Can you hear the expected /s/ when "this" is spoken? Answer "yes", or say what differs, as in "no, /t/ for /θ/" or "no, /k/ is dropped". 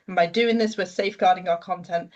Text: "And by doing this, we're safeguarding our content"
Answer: yes